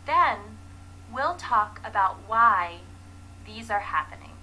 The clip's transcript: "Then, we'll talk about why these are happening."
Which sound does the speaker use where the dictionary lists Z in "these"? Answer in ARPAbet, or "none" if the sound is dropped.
Z